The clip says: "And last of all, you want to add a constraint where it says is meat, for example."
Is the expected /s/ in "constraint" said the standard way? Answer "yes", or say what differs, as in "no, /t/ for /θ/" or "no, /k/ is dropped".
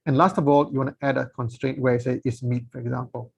yes